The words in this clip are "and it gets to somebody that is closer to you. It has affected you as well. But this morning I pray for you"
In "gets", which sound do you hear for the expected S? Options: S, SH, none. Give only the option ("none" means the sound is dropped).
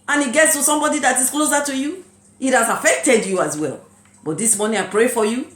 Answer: S